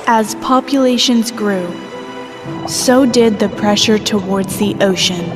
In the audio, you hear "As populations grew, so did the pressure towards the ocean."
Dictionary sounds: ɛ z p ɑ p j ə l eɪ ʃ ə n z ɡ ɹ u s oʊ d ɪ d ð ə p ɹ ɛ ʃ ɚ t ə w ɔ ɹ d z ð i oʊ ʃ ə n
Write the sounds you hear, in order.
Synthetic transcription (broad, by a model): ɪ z p ɑ p j ə l eɪ ʃ ə n z ɡ ɹ u s oʊ d ɪ d ð ə p ɹ ɛ ʃ ɚ t ə w ɔ ɹ d z ð i oʊ ʃ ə n